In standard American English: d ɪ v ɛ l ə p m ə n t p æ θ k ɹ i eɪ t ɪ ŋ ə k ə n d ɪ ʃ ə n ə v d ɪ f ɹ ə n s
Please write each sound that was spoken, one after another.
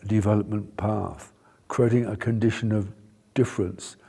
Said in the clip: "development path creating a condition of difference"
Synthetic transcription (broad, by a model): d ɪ v ɛ l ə p m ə n p æ θ k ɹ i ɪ t ɪ ŋ ə k ə n d ɪ ʃ ə n ə v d ɪ f ɹ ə n s